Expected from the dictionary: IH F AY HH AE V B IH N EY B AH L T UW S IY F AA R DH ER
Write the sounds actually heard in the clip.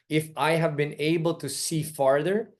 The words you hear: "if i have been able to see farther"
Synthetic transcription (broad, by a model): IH F AY HH AE V B IH N EY B AH L T UW S IY F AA R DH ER